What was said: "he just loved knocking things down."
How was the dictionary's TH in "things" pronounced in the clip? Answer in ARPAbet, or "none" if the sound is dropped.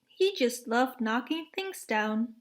TH